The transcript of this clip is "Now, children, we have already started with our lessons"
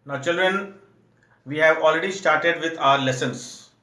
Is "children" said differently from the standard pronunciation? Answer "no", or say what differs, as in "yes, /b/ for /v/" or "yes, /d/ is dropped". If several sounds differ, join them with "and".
no